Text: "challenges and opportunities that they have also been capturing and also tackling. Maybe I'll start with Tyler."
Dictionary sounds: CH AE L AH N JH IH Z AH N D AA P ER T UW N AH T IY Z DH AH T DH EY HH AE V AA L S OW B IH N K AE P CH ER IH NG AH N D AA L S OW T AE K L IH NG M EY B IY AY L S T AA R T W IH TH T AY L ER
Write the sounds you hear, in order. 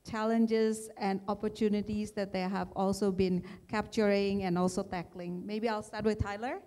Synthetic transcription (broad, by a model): CH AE L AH N JH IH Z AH N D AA P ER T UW N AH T IY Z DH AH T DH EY HH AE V AA L S OW B IH N K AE P CH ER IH NG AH N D AA L S OW T AE K L IH NG M EY B IY AY L S T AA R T W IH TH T AY L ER